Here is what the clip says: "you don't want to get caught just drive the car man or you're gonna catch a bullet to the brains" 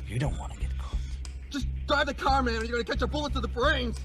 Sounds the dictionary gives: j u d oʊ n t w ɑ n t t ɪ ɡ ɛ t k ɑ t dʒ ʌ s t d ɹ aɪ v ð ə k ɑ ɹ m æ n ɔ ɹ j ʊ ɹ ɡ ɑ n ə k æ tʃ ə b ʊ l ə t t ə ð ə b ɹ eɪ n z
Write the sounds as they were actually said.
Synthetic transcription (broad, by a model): j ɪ d oʊ n t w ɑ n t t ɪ ɡ ɛ t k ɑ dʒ ʌ s d ɹ aɪ v ð ə k ɑ ɹ m æ n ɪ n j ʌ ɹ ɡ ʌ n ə k æ tʃ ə b ʊ l ə t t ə ð ə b ɹ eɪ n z